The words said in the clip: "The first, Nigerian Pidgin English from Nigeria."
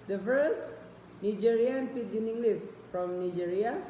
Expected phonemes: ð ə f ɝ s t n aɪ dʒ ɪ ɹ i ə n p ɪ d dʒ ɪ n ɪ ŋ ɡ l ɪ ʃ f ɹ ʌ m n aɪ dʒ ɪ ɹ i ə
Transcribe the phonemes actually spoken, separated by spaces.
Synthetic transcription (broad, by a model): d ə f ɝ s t n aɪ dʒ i ɹ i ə n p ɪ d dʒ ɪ n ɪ ŋ ɡ l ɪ s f ɹ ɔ m n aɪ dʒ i ɹ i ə